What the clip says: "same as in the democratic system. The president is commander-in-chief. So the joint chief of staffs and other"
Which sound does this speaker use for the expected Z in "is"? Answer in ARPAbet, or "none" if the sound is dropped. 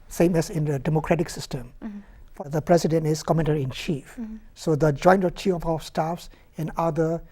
S